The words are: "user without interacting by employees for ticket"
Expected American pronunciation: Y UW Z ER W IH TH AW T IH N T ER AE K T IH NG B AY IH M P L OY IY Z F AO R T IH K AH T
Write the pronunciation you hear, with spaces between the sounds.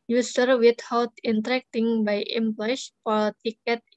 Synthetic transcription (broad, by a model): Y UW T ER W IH T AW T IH N T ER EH K T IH NG B AY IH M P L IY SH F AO L T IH K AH T